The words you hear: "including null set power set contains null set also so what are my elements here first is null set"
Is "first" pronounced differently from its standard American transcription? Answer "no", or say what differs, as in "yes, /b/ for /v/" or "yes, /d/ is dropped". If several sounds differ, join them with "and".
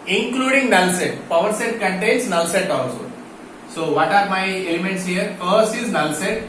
yes, /t/ is dropped